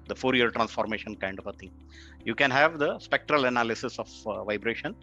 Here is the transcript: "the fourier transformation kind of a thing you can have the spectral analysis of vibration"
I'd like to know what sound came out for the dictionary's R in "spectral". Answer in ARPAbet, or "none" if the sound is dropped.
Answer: R